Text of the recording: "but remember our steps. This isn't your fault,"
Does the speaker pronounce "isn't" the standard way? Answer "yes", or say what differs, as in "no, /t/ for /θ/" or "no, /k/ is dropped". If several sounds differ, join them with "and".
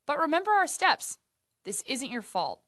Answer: yes